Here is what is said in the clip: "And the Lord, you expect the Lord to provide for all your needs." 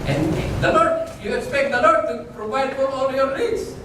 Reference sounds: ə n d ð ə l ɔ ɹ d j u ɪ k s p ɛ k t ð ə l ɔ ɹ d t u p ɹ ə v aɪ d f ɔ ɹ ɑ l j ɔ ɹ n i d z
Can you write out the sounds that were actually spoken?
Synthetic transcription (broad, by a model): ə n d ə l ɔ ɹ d j u ɪ k s p ɛ k t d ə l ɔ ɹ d t u p ɹ ə v aɪ d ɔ l ɑ l j ɔ ɹ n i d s